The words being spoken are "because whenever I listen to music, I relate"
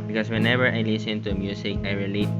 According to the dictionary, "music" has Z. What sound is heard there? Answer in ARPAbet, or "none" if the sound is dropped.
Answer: S